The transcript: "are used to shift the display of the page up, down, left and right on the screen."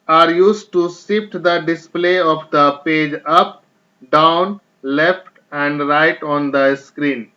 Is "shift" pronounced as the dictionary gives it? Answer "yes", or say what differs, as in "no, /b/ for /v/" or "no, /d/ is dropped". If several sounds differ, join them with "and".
no, /s/ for /ʃ/